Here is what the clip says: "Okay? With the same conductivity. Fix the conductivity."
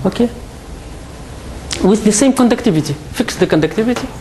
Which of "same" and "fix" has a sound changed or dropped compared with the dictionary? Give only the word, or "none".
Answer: none